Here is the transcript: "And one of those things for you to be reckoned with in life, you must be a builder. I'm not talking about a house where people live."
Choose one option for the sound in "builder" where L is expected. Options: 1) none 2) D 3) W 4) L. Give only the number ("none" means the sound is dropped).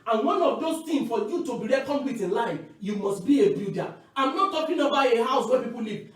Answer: 1